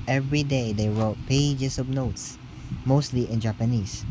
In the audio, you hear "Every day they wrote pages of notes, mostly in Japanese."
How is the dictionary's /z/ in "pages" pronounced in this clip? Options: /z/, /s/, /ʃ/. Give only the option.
/s/